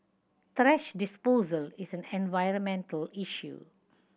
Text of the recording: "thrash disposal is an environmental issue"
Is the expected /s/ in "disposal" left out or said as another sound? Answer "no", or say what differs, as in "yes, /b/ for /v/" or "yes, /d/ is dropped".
no